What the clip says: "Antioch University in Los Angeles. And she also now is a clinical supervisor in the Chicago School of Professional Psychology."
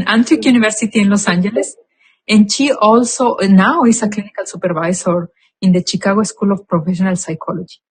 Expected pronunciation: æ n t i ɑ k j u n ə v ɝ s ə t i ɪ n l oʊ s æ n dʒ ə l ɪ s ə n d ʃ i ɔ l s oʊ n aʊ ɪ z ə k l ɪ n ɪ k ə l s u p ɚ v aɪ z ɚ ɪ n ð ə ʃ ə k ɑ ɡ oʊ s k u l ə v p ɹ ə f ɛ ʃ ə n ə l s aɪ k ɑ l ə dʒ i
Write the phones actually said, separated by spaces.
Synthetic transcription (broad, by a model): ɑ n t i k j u n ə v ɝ s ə t i ɪ n l oʊ s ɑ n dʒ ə l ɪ s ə n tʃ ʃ i ɔ l s oʊ n aʊ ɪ s ə k l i n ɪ k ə l s u p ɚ b aɪ s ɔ ɪ n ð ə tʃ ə k ɑ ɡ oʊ s k u l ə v p ɹ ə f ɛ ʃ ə n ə l s aɪ k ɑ l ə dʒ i